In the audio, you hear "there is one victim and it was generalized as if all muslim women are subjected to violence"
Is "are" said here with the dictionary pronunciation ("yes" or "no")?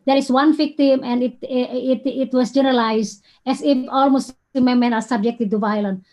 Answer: no